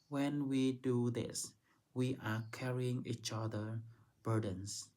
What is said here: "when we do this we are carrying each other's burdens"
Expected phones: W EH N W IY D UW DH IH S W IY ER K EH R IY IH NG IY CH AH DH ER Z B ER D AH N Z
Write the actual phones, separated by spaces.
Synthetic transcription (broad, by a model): W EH N W IY D UW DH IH S W IY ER K EH R IY IH NG IY CH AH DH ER B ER D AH N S